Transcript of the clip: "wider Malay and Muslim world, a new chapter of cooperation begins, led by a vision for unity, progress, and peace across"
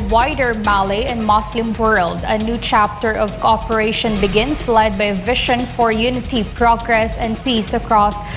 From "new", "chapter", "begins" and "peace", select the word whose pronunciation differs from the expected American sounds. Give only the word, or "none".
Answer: begins